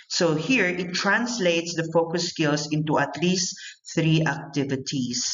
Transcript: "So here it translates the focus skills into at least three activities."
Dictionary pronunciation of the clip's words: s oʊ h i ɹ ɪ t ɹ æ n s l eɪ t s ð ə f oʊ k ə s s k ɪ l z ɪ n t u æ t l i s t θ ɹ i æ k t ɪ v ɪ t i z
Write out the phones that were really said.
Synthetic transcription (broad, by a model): s oʊ h i ɹ ɪ t ɹ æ n s l eɪ t s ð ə f oʊ k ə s s k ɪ l s ɪ n t u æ t l i s t θ ɹ i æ k t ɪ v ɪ t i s